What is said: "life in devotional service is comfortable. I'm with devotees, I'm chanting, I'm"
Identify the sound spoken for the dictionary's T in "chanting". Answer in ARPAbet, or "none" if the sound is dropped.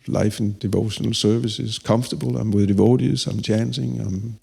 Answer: S